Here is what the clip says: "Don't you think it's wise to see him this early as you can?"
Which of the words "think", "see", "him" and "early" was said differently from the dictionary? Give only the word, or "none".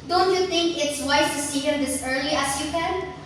none